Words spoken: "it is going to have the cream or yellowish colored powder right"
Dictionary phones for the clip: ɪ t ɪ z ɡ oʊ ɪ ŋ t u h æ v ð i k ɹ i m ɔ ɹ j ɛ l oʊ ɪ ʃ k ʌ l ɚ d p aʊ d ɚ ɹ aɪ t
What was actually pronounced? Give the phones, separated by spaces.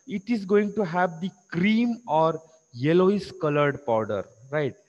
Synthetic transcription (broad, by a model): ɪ t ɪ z ɡ oʊ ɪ ŋ t u h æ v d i k ɹ i m ɔ ɹ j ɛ l oʊ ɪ s k ʌ l ɚ d p aʊ d ɚ ɹ aɪ t